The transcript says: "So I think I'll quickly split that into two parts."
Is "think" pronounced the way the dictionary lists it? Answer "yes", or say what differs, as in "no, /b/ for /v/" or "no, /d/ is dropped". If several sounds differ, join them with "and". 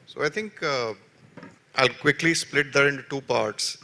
no, /t/ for /θ/